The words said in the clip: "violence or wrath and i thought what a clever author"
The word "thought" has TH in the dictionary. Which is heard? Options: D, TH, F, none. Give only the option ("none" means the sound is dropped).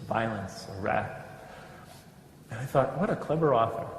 TH